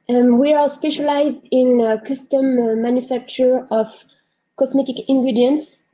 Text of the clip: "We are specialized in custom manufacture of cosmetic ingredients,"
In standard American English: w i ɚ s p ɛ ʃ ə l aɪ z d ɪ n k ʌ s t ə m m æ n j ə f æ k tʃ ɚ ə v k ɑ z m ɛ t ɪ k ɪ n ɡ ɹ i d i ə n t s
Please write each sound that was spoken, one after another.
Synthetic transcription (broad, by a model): w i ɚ s p ɛ ʃ ə l aɪ z d ɪ n k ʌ s t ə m m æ n j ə f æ k tʃ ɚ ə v k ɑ s m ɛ t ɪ k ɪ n ɡ ɹ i d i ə n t s